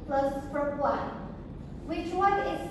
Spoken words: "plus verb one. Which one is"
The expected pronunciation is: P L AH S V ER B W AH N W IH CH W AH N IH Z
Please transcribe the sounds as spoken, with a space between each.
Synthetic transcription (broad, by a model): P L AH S F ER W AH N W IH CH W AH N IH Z